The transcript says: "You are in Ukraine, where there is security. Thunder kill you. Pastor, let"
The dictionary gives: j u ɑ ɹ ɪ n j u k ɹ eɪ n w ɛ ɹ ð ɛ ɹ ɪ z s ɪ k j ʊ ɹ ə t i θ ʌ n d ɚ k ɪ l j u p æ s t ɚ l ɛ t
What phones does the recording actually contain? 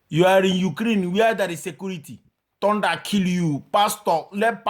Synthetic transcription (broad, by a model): j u ɑ ɹ ɪ n j u k ɹ eɪ n w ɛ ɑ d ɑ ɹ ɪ s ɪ k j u ɹ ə t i t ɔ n d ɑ k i l j u p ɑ s t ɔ l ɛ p